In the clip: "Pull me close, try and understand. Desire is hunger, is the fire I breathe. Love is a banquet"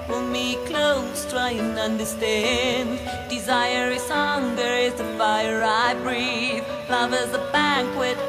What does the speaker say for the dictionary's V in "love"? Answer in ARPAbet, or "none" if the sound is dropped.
V